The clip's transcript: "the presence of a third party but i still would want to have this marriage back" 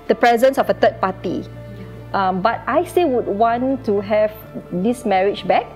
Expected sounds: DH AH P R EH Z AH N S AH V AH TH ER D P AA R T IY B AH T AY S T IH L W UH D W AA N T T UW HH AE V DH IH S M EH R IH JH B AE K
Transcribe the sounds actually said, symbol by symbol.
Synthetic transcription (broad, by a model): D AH P R EH Z AH N S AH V AH T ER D P AA T IY B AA T AY S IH W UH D W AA N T T UW HH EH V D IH S M EH R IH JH B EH K